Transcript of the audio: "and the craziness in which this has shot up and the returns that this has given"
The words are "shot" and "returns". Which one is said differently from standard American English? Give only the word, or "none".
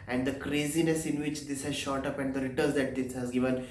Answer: returns